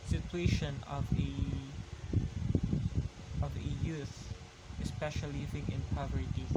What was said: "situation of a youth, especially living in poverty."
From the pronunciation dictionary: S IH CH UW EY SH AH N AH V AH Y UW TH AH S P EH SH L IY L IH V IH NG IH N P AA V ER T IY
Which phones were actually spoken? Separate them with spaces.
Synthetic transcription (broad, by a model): S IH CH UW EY SH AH N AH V AH Y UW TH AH S P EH SH IY L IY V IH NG IH N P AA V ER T IY